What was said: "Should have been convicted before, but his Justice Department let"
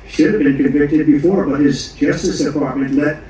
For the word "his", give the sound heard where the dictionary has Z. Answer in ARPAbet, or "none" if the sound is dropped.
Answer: Z